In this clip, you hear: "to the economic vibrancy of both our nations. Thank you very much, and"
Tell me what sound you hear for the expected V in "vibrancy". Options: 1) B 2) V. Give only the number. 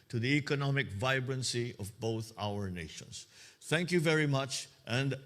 2